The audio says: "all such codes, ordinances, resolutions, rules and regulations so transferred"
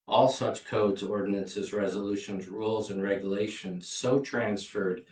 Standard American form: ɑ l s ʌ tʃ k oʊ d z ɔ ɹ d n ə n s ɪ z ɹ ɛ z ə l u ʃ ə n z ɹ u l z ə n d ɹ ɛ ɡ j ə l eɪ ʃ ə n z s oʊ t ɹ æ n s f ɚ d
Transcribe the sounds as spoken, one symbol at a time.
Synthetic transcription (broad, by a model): ɑ l s ʌ tʃ k oʊ d z ɔ ɹ d n ə n s ɪ z ɹ ɛ z ə l u ʃ ə n z ɹ u l z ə n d ɹ ɛ ɡ j ə l eɪ ʃ ə n z s oʊ t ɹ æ n s f ɚ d